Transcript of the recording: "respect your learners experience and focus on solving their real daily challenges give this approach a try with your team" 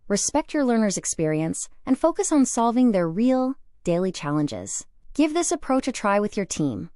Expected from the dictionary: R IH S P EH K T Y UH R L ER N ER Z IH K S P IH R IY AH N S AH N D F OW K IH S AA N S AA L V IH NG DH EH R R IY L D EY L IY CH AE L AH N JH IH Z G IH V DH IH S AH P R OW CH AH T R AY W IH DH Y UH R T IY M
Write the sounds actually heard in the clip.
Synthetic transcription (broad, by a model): R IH S P EH K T Y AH R L ER N ER Z IH K S P IH R IY AH N S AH N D F OW K IH S N S AA L V IH NG DH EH R R IY L D EY L IY CH AE L AH N JH IH Z G IH V DH IH S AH P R OW CH AH T R AY W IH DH Y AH R T IY M